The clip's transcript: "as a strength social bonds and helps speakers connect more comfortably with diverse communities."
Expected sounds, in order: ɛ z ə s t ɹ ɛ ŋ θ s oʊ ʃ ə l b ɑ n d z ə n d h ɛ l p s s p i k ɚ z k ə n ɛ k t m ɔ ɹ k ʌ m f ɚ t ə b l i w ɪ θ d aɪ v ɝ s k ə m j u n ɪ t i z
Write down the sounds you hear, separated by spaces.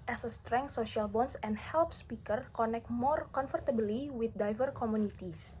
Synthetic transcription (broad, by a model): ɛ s ə s t ɹ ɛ ŋ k s oʊ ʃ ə l b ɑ n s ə n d h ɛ l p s s p i k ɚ k ə n ɛ k t m ɔ ɹ k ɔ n f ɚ t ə b l i w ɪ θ d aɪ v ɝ k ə m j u n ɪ t i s